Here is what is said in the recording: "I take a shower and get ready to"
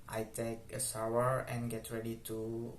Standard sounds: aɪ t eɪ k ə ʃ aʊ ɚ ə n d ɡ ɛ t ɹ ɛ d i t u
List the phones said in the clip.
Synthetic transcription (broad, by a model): aɪ t eɪ k ə s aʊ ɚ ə n ɡ ɛ t ɹ ɛ d i t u